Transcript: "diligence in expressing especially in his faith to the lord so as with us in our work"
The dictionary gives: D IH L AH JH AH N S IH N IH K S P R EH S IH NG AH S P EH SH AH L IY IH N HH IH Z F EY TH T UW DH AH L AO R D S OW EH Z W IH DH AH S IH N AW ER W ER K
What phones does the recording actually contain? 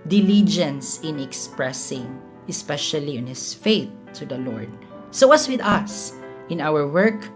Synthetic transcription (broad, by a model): D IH L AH JH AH N S IH N IH K S P R EH S IH NG AH S P EH SH AH L IY IH N HH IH S F EY TH T UW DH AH L AO R D S OW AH S W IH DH AH S IH N AW ER W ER K